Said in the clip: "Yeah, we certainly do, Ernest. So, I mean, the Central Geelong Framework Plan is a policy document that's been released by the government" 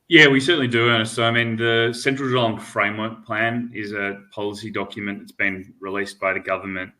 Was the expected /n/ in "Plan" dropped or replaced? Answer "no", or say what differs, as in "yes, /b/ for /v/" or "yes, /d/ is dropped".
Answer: no